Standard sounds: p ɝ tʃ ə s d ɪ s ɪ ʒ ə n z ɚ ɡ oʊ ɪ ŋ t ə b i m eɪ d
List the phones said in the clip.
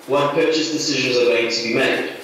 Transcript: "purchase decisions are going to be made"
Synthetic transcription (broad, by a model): p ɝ tʃ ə s d ɪ s ɪ ʒ ə n z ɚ ɡ oʊ ɪ ŋ t ə b i m eɪ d